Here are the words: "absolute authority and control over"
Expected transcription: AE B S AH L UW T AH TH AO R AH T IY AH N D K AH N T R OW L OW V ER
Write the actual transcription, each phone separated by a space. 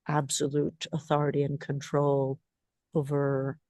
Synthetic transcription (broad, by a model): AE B S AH L UW T AH TH AO R AH T IY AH N K AH N T R OW L OW V ER